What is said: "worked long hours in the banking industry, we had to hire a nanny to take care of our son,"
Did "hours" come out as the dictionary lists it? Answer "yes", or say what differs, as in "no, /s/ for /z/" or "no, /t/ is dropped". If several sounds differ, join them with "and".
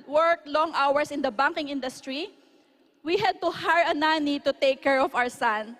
no, /s/ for /z/